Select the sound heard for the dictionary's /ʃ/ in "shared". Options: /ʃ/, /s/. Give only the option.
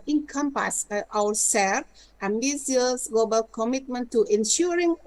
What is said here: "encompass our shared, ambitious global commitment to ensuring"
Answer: /s/